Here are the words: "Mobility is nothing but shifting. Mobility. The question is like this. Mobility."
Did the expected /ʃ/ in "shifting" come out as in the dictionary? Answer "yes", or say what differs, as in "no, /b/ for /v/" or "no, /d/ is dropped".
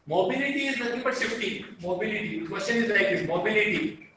no, /s/ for /ʃ/